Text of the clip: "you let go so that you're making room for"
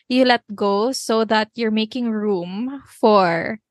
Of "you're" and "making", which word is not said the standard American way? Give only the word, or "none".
none